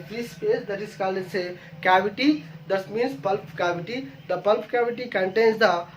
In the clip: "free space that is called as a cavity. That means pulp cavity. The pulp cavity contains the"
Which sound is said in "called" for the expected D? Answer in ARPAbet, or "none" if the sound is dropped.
none